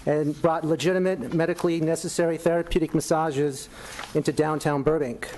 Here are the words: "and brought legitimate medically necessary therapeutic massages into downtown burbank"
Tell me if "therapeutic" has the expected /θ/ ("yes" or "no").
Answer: yes